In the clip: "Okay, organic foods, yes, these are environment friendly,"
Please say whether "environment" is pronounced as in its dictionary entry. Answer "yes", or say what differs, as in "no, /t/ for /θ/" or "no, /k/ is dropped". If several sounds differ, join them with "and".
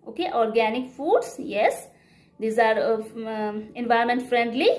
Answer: no, /ɹ/ is dropped